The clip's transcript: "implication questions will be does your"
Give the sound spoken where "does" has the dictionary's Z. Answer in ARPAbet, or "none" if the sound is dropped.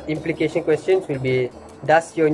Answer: S